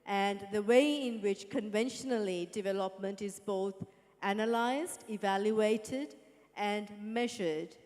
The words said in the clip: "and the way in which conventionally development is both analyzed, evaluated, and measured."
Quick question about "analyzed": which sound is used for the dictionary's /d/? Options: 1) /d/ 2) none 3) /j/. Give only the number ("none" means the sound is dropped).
1